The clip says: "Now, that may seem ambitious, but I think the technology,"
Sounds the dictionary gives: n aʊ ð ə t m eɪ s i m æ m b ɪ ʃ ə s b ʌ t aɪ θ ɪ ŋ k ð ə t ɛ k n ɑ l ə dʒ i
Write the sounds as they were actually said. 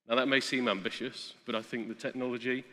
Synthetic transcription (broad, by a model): n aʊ ð ə t m eɪ s i m æ m b ɪ ʃ ə s b ʌ t aɪ θ ɪ ŋ k ð ə t ɛ k n ɑ l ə dʒ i